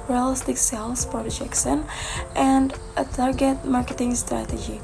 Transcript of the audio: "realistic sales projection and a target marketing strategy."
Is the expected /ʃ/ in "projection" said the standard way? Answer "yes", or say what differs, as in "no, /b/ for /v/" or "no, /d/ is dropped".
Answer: no, /s/ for /ʃ/